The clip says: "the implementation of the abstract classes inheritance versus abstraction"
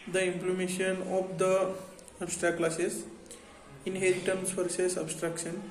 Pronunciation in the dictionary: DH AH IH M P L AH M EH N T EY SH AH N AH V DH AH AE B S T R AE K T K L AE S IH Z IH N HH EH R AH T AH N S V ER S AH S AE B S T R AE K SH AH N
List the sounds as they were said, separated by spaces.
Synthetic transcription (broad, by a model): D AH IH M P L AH M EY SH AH N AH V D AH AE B S T R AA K K L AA S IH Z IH N HH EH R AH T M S F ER S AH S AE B S T R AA K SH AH N